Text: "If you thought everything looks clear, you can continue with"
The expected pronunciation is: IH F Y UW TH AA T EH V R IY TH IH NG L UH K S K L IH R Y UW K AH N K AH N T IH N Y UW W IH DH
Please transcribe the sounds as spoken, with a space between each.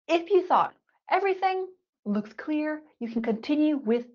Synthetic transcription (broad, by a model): IH F Y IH TH AA T EH V R IY TH IH NG L UH K S K L IH R Y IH K N K AH N T IH N Y UW W IH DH